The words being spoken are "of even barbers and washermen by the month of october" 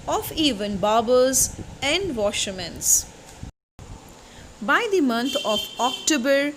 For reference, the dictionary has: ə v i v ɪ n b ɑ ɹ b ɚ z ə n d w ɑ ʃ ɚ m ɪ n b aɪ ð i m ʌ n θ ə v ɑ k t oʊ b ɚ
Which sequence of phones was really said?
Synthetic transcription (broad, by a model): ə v i v ɪ n b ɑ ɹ b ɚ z ə n d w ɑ ʃ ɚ m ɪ n b aɪ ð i m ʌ n t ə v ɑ k t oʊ b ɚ